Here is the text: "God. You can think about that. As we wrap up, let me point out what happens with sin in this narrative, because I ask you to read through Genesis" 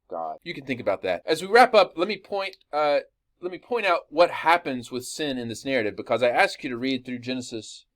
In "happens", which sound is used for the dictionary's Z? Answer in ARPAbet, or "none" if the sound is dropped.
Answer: Z